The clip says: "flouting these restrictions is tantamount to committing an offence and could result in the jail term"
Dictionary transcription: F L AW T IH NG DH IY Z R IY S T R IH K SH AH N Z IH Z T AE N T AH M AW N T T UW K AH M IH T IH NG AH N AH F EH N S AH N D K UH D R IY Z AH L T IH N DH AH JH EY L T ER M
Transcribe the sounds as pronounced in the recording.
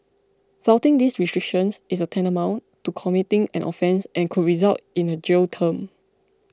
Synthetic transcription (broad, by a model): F AW T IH NG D IY S R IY S T R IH K SH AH N S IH S T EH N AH M AW N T T UW K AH M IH T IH NG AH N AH F EH N S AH N K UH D R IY Z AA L T IH N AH JH EY L T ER M